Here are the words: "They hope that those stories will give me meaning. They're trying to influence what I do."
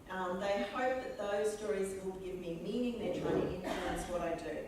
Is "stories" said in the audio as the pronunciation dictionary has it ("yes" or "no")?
yes